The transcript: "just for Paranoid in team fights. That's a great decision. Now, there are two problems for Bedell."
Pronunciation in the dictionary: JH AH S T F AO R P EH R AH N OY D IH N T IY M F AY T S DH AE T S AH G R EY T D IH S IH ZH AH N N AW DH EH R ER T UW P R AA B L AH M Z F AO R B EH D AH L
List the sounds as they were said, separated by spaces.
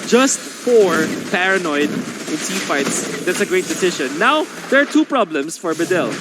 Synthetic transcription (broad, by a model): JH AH S T F AO R P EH R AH N OY D IH N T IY F AY T S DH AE T S AH G R EY T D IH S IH SH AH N N AW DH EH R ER T UW P R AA B L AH M S F AO R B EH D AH L